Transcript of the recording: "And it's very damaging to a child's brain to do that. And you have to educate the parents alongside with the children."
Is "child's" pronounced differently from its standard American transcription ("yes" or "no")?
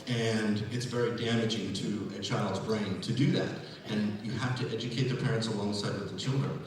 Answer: no